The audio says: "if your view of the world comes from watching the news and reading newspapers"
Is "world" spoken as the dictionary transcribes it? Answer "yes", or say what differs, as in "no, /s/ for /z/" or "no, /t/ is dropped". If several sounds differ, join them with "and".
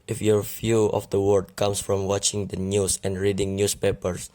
no, /l/ is dropped